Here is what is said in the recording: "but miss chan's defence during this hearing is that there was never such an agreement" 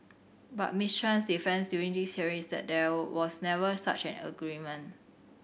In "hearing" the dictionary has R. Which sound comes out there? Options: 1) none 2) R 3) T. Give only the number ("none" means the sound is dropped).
1